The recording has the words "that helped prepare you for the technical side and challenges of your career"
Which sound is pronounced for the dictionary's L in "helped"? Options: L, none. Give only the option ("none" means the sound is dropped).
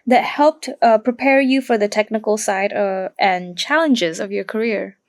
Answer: L